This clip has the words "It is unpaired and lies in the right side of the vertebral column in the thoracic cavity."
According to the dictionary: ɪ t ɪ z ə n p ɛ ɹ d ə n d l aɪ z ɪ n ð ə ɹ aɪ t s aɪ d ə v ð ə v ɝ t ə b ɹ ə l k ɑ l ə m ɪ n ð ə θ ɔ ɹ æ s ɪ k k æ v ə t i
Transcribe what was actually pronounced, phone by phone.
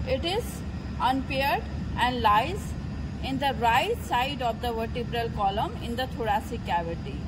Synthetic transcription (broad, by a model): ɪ t ɪ z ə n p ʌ ɹ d ə n d l aɪ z ɪ n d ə ɹ aɪ t s aɪ d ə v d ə v ɝ t ə b ɹ ə l k ɑ l ə m ɪ n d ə t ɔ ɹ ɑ s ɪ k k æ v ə t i